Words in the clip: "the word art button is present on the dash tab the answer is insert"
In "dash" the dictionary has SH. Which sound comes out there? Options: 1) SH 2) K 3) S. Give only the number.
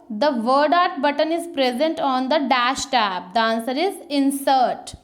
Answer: 1